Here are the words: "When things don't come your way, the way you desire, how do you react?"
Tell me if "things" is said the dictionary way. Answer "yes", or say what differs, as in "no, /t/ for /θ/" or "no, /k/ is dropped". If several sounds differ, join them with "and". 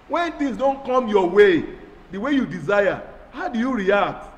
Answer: no, /t/ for /θ/